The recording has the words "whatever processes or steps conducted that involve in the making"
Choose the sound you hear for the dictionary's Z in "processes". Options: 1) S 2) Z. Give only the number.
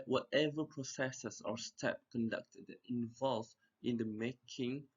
1